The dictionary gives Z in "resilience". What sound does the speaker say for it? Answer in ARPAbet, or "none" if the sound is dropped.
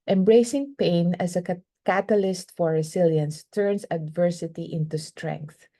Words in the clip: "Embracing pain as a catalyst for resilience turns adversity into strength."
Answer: S